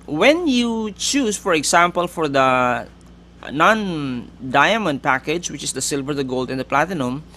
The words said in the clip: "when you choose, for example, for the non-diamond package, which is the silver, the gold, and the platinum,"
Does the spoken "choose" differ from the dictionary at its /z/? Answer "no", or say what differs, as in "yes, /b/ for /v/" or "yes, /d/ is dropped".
yes, /s/ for /z/